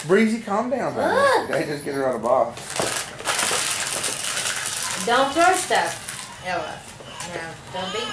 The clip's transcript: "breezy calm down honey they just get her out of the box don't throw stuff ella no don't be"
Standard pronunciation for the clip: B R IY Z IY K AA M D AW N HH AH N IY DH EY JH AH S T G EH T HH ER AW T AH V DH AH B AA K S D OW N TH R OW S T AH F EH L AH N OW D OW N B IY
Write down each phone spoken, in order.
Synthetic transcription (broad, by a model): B R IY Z IY K AA M D AW N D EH IY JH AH S G EH T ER AW T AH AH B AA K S D OW N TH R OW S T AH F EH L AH N OW D OW N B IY